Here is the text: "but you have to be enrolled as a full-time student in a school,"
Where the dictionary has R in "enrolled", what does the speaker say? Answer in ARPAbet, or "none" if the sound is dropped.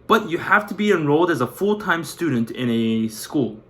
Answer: R